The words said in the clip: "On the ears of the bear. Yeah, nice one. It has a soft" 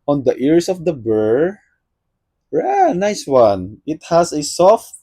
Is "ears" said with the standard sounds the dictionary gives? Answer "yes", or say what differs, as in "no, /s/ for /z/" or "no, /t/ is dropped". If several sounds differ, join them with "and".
no, /s/ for /z/